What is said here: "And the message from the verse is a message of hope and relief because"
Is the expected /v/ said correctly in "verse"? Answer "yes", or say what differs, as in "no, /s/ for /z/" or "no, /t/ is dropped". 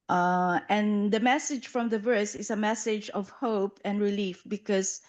yes